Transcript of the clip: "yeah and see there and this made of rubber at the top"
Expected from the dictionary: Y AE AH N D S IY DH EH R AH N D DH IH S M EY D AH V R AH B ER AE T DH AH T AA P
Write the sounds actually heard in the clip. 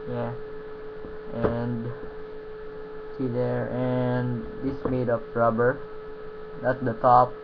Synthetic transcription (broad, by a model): Y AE AH N D S IY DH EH R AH N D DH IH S M EY D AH P R AH B ER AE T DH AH T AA P